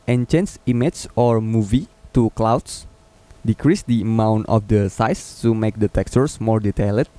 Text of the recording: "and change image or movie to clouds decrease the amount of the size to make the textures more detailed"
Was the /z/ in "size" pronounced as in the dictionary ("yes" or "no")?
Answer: no